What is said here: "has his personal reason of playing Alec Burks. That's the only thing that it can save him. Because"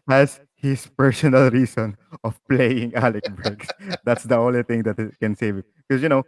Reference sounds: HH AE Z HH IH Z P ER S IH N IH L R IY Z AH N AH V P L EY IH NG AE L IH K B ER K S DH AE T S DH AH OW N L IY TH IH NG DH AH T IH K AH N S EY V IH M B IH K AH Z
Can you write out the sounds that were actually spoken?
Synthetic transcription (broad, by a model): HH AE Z HH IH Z P ER S IH N IH L R IY S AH N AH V P L EY IH NG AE L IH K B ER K S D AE T S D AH OW N L IY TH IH NG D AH T IH K AH N S EY V IH M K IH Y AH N